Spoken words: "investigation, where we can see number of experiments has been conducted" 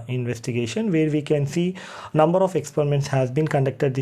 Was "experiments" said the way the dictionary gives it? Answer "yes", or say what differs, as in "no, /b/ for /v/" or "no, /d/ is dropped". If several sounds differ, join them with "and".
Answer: yes